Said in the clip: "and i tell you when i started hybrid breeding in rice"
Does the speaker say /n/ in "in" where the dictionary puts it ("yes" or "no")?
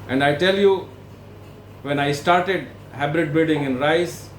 yes